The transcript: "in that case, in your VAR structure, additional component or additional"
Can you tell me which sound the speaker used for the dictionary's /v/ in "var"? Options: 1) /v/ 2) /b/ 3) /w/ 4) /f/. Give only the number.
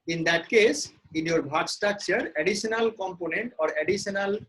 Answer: 2